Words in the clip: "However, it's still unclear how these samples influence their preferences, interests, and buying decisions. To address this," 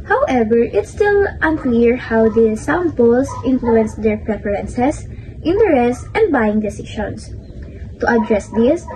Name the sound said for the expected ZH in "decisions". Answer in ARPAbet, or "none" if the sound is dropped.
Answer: SH